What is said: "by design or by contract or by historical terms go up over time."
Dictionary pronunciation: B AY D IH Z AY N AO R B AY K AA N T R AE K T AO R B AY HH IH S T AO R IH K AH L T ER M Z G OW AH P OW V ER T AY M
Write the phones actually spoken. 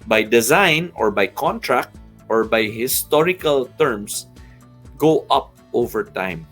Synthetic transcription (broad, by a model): B AY D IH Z AY N AO R B AY K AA N T R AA K T AO R B AY HH IH S T AO R IH K AH L T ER M S G OW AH P OW V ER T AY M